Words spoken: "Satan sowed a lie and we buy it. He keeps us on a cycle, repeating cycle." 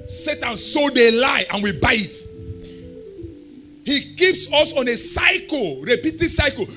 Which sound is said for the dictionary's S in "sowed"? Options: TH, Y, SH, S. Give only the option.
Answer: S